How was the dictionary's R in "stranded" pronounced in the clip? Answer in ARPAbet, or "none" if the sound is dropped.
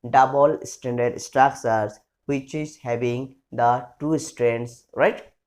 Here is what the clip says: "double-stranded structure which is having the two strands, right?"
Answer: none